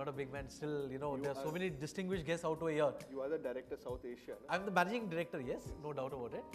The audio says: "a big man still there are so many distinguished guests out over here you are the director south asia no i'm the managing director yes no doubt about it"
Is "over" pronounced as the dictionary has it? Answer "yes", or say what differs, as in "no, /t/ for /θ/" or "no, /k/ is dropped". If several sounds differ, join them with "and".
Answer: no, /v/ is dropped